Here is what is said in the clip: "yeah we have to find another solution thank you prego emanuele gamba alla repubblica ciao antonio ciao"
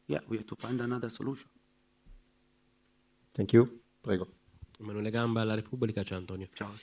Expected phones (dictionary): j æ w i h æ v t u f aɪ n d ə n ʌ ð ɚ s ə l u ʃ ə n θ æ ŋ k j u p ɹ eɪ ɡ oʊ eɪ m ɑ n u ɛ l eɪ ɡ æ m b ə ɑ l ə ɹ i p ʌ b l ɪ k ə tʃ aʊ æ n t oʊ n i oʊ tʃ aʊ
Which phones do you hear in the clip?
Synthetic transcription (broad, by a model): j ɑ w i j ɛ t u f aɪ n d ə n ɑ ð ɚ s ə l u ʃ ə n t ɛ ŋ k j u p ɹ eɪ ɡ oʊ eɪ m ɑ n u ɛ l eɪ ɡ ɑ m b ɑ l ə ɹ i p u b l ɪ k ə tʃ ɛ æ n t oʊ n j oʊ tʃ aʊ